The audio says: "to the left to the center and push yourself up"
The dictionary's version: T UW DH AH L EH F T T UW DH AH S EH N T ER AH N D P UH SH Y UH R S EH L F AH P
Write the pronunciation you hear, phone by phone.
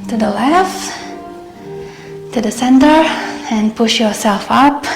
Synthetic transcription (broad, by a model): T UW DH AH L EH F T T UW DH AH S EH N T ER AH N P UH SH Y UH R S EH L F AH P